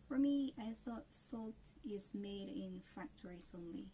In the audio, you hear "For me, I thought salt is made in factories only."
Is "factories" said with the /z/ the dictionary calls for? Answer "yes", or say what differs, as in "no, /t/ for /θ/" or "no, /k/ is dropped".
no, /s/ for /z/